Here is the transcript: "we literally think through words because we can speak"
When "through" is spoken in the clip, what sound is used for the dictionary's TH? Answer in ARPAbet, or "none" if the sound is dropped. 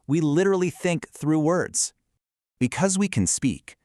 TH